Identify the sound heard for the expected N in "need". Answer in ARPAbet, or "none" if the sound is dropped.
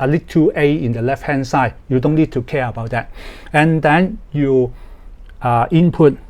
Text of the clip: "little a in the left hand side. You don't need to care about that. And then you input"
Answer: N